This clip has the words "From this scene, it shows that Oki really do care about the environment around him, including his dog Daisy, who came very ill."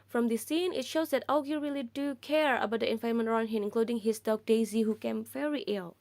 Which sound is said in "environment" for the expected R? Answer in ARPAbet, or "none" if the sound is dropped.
none